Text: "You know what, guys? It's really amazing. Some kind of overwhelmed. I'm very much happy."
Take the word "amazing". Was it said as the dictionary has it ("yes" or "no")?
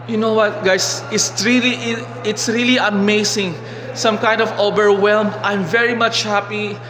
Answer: no